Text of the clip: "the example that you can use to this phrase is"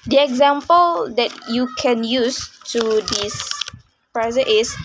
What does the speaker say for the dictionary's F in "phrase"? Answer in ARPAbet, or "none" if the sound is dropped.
P